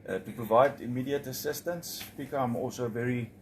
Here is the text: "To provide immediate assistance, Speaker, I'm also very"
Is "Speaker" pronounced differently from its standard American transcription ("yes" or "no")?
yes